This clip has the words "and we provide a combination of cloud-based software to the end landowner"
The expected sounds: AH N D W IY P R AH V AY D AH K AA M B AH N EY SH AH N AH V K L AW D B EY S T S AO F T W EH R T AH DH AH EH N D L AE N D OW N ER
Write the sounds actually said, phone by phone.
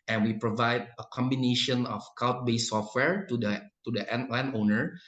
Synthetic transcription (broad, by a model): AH N W IY P R AH V AY D AH K AA M B AH N EY SH AH N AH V K AW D B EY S S AO F T W EH R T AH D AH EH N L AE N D OW N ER